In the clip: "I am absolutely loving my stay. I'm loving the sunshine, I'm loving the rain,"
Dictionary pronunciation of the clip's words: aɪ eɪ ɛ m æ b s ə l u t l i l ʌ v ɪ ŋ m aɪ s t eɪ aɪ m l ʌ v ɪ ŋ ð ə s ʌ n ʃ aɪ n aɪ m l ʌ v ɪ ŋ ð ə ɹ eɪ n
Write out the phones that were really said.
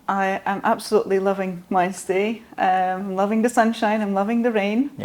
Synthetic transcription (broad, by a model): aɪ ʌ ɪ m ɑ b s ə l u t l i l ʌ v ɪ ŋ m aɪ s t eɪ aɪ m l ʌ v ɪ ŋ ð ə s ʌ n ʃ aɪ n aɪ m l ʌ v ɪ ŋ ð ə ɹ eɪ n